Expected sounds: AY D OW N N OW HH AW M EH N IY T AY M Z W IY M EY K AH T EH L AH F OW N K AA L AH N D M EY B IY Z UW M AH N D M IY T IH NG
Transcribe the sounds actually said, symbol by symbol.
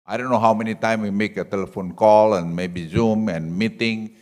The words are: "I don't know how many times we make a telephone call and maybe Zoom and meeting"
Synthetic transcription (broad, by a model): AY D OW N N OW HH AW M EH N IY T AY M W IY M EY K AH T EH L AH F OW N K AA L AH N M EY B IY Z UW M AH N M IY T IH NG